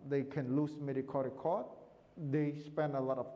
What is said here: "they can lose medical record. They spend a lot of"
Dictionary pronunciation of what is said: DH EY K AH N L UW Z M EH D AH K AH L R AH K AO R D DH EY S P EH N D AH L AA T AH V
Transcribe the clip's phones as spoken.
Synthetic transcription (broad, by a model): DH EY K AH N L UW S M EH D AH K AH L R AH K AO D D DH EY S P EH N D AH L AA T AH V